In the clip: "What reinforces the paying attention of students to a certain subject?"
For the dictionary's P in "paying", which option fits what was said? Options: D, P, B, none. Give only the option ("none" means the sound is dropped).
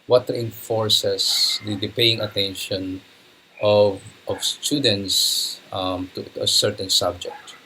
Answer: P